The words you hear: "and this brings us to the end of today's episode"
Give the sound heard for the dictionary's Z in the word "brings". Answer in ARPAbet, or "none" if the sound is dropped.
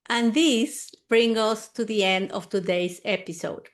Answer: none